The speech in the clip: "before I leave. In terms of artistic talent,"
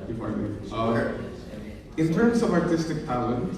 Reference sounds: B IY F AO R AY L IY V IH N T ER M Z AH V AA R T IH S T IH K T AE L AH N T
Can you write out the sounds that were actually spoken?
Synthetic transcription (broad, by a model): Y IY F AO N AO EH IH N T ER M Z AH V AA R T IH S T IH K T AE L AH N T